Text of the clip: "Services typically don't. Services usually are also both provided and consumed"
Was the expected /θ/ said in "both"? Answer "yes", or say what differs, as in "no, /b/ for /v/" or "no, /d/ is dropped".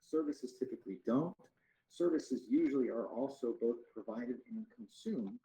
yes